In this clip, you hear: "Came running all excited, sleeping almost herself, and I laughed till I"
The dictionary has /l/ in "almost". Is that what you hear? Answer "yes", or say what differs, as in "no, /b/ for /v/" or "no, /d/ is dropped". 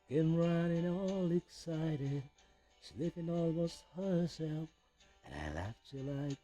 yes